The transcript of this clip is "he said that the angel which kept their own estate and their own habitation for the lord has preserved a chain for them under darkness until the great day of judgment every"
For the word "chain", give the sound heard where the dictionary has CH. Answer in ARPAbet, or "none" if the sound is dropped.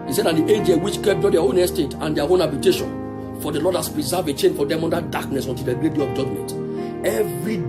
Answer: CH